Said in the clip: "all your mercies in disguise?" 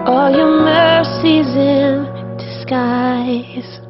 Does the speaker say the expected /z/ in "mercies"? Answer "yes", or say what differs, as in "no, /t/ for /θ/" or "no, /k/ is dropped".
yes